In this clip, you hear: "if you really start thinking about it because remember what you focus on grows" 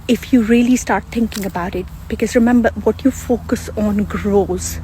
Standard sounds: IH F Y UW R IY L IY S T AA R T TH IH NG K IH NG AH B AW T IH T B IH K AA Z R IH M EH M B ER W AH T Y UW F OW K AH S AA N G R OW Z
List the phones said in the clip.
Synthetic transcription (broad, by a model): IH F Y UW R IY L IY S T AA R T T IH NG K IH NG AH B AW T IH T B IH K AA Z R IH M EH M B ER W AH T Y UW F OW K AH S AA N G R OW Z